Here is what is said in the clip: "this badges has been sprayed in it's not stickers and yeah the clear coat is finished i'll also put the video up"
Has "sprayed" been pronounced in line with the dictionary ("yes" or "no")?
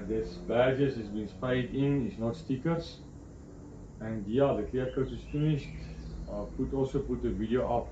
no